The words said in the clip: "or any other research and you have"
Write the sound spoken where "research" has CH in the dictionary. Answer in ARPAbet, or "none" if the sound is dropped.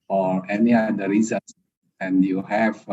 S